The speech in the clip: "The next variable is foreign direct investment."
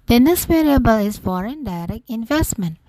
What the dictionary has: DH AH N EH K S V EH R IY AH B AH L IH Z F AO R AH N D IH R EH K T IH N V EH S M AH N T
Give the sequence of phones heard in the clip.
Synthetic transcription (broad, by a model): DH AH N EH S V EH R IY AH B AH L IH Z F AO R AH N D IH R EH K IH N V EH S M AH N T